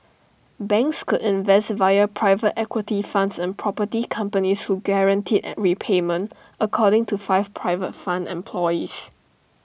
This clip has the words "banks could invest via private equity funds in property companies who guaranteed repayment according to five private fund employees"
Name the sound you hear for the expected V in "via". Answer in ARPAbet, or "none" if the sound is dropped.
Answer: V